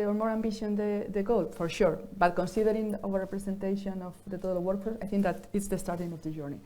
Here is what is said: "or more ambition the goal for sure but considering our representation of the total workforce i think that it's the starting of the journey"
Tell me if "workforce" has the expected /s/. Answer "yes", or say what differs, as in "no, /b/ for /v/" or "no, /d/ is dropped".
no, /s/ is dropped